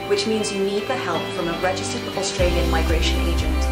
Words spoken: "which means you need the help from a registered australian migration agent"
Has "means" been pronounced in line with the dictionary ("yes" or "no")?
yes